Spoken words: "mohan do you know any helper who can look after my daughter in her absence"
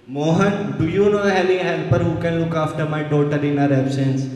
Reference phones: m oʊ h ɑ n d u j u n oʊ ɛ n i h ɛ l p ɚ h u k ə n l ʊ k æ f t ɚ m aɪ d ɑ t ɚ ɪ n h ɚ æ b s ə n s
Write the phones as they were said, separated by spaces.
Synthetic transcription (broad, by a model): m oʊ h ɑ n d u j u n oʊ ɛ l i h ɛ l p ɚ h u k ə n l ʊ k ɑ f t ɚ m aɪ d ɑ t ɚ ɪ n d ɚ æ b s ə n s